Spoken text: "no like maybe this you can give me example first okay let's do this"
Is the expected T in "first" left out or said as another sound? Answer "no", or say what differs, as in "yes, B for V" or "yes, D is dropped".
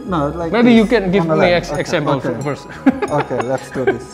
yes, T is dropped